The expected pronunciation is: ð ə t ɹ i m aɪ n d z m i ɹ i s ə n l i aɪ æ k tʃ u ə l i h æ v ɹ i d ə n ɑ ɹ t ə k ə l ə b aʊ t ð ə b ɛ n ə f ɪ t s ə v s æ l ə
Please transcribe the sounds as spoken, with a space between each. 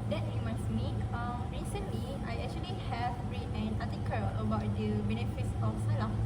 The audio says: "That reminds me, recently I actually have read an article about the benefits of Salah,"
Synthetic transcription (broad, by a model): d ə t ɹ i m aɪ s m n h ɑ ɹ i s ə n l i aɪ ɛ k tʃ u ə l i h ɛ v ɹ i ə n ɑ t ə k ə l ə b aʊ t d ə b ɛ n ə f ɪ t s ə f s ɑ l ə